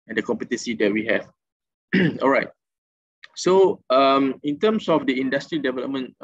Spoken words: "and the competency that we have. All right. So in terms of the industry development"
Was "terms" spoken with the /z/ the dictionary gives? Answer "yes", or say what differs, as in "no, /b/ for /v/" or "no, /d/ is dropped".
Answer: no, /s/ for /z/